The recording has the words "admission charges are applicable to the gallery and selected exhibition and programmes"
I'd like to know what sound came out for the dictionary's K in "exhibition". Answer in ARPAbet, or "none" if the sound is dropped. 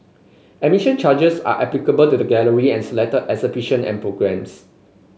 none